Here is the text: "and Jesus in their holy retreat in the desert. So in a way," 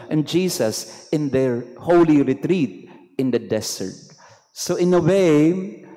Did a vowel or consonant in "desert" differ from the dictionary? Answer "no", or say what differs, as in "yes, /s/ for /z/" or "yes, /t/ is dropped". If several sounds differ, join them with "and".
yes, /s/ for /z/